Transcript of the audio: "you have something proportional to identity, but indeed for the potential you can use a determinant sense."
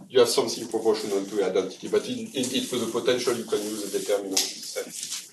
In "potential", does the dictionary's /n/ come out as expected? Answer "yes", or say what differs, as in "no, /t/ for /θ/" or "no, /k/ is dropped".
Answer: yes